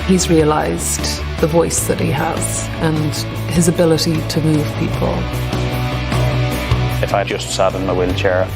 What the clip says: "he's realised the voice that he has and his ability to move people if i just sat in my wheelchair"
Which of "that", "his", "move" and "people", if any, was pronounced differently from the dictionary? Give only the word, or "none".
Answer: none